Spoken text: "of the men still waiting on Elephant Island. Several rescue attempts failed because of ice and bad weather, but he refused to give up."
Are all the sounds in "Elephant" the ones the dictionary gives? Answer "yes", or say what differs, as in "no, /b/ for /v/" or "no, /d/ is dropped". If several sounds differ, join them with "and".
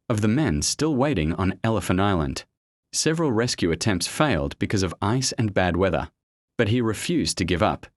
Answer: no, /t/ is dropped